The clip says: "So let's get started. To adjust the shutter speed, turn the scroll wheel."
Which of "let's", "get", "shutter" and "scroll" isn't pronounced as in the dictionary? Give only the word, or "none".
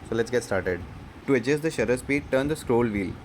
none